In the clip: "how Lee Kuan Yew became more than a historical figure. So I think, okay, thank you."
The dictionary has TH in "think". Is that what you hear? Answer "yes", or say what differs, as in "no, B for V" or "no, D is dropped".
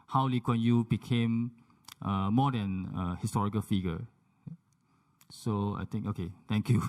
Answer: no, T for TH